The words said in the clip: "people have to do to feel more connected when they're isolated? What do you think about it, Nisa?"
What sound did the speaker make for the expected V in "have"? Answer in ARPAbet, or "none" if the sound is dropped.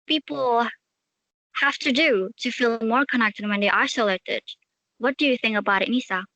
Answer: F